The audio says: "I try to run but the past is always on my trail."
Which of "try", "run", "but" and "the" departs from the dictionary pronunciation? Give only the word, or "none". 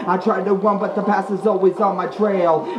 run